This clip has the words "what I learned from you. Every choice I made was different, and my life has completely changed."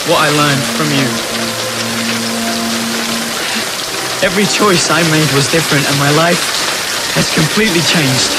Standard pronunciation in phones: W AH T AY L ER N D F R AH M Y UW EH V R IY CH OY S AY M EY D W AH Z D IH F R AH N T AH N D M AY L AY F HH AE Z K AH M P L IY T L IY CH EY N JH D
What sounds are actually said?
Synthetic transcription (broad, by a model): W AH T AY L ER N D F R AH M Y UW EH V R IY CH OY S AY M EY D W AH Z D IH F R AH N T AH N M AY L AY F HH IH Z K AH M P L IY T L IY CH EY N JH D